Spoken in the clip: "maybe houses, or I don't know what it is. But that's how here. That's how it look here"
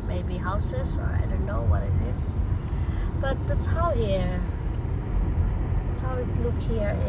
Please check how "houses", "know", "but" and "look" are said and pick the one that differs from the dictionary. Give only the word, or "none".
none